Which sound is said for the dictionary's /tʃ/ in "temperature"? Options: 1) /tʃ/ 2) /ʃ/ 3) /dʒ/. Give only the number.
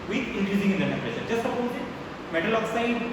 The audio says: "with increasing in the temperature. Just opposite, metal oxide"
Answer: 2